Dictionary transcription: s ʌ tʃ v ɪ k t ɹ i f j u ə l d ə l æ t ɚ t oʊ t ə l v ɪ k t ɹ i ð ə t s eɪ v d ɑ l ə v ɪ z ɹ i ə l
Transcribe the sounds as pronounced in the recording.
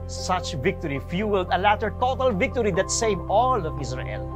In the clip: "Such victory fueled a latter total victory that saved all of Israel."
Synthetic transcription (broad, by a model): s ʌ tʃ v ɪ k t ɹ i f j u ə l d ə l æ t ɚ t oʊ t ə l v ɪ k t ɹ i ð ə t s eɪ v ɑ l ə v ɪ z ɹ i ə l